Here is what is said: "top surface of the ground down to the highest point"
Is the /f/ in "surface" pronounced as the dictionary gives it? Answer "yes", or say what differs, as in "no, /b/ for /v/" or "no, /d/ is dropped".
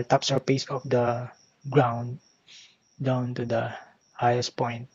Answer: no, /p/ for /f/